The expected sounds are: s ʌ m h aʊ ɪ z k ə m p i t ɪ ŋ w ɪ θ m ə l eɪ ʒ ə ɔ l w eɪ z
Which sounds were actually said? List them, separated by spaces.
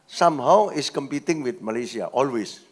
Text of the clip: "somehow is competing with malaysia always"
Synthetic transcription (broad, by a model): s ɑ m h aʊ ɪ s k ə m p i t ɪ ŋ w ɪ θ m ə l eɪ s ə ɔ l w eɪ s